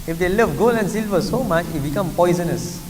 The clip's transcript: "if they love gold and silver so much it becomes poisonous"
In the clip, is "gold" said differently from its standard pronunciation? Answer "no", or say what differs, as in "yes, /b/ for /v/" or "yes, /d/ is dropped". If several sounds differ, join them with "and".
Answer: yes, /d/ is dropped